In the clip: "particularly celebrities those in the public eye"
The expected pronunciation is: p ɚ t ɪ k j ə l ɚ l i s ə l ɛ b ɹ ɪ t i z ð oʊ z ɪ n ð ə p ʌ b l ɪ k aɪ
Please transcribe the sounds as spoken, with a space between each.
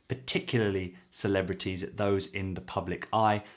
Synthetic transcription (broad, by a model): p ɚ t ɪ k j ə l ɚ l i s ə l ɛ b ɹ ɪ t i z ð oʊ z ɪ n ð ə p ʌ b l ɪ k aɪ